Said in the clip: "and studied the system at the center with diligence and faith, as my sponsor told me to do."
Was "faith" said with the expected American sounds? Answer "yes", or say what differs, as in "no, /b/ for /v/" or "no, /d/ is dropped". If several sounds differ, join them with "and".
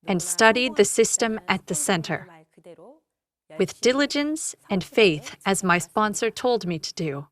yes